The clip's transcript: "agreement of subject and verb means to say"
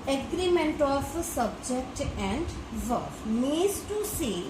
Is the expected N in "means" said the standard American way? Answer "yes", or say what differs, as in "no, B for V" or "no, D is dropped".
no, N is dropped